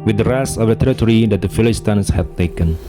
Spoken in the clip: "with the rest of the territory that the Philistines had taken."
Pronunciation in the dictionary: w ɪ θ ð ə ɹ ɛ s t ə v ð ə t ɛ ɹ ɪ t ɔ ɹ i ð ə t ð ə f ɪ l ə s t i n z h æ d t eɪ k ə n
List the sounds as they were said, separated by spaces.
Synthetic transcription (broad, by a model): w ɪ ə ɹ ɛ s ə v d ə t ɛ ɹ ɪ t ɔ ɹ i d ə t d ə f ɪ l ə s t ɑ n s h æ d t eɪ k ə n